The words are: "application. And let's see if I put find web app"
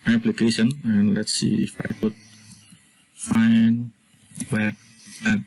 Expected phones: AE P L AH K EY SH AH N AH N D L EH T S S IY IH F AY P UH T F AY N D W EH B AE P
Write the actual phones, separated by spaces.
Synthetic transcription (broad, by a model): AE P L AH K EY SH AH N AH N L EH T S S IY IH F AY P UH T F AY N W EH EH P